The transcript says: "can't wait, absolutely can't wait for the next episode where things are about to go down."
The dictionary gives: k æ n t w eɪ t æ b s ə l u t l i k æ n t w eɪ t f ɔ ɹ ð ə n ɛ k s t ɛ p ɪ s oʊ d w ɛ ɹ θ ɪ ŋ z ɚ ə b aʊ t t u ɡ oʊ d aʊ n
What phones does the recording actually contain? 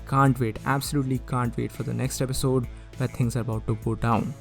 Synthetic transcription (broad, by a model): k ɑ n t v eɪ t æ b s ə l u t l i k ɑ n t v eɪ t f ɔ ɹ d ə n ɛ k s t ɛ p ɪ s oʊ d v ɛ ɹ t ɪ ŋ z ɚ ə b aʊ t t u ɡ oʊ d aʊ n